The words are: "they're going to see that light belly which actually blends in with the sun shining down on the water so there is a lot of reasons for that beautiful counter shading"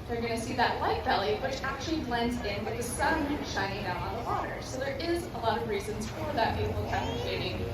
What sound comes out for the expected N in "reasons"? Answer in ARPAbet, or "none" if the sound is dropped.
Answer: N